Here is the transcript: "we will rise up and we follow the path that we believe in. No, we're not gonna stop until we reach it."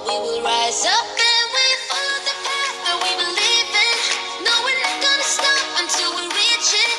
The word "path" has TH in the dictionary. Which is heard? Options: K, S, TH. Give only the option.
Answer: S